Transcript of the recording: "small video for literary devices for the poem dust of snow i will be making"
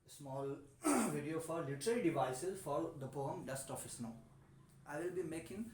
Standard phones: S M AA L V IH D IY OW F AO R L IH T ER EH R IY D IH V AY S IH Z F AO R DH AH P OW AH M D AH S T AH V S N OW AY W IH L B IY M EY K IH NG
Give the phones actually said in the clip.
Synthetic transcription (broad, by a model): S M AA L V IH D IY OW F AO R L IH T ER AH R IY D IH V AY S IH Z F AO R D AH P OW AH M D AH S T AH F S N OW AY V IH L B IY M EY K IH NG